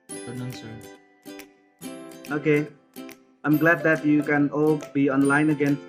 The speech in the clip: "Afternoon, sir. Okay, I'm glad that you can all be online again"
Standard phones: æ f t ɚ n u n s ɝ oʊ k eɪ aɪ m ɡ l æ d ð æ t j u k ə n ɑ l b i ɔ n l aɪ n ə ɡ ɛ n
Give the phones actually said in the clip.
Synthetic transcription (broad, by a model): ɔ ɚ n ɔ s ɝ oʊ k eɪ aɪ m ɡ l æ d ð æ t j u k ə n ɑ l b i ɔ n l aɪ n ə ɡ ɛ n